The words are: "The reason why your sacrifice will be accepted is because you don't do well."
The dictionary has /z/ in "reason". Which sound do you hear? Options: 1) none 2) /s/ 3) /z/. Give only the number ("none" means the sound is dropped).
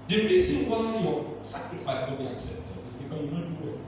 2